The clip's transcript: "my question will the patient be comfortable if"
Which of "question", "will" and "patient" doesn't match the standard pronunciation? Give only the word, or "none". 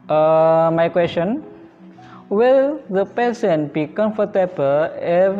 patient